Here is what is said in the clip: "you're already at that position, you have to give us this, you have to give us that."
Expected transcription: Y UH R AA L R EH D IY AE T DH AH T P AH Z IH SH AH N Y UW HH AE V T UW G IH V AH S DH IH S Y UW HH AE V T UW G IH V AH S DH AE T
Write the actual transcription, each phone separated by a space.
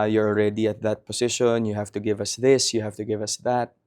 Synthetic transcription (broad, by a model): Y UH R AA L R EH D IY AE T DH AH T P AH S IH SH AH N Y UW HH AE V T UW G IH V AH S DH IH S Y UW HH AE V T UW G IH V AH S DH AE T